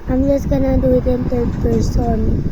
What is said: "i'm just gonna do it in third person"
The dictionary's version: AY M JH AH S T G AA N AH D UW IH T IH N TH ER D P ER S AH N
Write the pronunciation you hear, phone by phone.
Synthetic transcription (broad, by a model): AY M JH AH S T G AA N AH D UW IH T IH N T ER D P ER S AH N